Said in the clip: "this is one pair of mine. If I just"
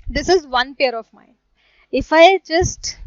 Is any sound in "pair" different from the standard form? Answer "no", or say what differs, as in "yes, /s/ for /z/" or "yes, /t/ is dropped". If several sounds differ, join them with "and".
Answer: no